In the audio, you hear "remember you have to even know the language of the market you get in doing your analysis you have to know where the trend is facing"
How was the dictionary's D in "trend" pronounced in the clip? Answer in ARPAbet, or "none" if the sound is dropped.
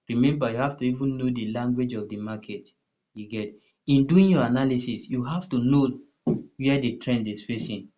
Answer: D